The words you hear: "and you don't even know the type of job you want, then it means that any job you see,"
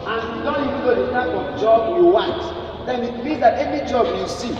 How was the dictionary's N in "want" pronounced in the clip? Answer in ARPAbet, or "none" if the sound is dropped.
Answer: none